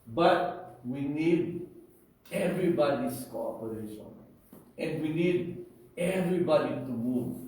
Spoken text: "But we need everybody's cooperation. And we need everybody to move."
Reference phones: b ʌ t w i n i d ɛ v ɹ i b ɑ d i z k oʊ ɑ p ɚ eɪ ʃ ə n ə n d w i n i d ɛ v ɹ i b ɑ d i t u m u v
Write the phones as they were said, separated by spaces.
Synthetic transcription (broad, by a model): b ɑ t w i n i d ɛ v ɹ i b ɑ d i s k oʊ ɑ p ɚ eɪ ʃ ə n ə n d w i n i d ɛ v ɹ i b ɑ d i t u m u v